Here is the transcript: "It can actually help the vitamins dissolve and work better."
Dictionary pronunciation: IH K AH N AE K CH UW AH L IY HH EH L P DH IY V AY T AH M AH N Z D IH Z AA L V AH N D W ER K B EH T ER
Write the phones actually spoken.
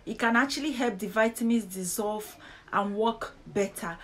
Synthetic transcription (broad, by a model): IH K AH N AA K CH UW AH L IY HH EH L P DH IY V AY T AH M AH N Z D IH Z AA L V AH N W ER K B EH T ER